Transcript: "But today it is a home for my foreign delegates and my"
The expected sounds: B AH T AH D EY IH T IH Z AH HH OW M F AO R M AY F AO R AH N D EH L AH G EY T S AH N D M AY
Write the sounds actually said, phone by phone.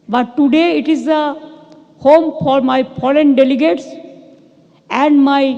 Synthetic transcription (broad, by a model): B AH T AH D EY IH T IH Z AH HH OW M F AO R M AY P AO L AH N D EH L AH G EY T S AH N D M AY